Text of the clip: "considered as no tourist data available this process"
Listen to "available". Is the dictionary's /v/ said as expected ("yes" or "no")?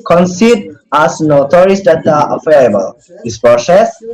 no